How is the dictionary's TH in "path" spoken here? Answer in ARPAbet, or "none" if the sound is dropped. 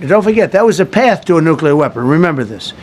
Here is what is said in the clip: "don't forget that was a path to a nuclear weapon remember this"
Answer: TH